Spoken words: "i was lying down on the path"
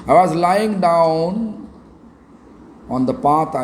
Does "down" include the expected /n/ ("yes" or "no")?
yes